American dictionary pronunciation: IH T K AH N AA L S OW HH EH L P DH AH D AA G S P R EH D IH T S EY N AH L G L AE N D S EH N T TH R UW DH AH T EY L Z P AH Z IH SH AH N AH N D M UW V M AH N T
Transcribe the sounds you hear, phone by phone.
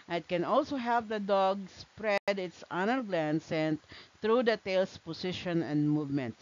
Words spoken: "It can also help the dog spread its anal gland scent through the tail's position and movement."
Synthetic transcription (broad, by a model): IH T K AH N AA L S OW HH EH L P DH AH D AA G S P R EH D IH T S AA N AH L G L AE N S EH N T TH R UW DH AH T EY L S P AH S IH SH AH N AH N D M UW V M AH N T